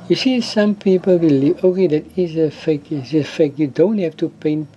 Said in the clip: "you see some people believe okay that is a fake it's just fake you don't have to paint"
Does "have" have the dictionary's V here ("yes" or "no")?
no